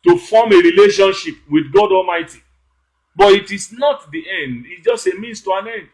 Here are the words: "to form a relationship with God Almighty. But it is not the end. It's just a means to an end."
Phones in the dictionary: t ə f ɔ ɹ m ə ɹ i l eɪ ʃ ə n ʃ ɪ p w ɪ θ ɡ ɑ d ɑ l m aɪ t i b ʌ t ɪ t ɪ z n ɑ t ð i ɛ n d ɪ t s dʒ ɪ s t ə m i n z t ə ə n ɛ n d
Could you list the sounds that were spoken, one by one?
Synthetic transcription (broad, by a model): t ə f ɔ m ə ɹ i l eɪ ʃ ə n ʃ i p w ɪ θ ɡ ɑ d ɑ l m aɪ t i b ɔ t ɪ t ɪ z n ɑ t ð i ɛ n d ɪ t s dʒ ɪ s t ə m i n s t ə ə n ɛ n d